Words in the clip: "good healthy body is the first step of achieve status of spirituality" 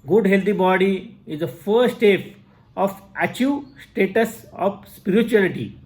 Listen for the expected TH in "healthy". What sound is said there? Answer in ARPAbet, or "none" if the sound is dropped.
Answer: T